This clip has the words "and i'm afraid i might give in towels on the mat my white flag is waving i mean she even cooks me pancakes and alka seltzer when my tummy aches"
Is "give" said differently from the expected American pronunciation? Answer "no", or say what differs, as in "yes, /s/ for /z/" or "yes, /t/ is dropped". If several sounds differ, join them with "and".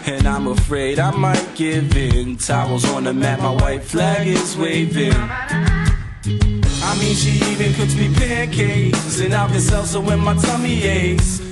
no